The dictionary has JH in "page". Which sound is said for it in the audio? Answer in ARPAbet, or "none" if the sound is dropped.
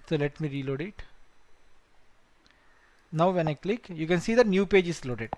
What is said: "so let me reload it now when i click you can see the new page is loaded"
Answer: JH